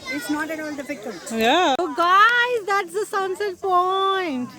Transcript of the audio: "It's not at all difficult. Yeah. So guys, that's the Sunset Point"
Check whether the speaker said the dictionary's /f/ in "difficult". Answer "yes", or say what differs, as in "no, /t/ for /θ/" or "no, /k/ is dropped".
no, /p/ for /f/